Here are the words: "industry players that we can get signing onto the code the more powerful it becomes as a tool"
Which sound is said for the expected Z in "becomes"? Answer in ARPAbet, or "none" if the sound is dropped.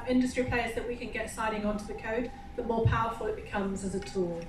Z